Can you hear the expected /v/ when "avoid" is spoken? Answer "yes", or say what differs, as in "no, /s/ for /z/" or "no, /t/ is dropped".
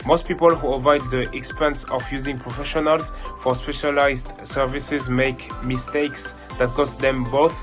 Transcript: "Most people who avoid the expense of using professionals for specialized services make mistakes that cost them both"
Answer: yes